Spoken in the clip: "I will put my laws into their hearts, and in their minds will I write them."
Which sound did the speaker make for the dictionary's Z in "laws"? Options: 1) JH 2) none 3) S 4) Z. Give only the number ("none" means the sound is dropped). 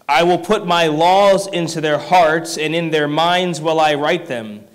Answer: 4